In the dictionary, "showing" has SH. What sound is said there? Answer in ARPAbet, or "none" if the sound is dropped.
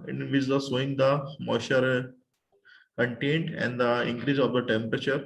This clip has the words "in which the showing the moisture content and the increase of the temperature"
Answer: S